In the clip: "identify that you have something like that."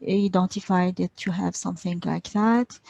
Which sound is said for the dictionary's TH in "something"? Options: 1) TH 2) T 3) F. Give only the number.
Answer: 1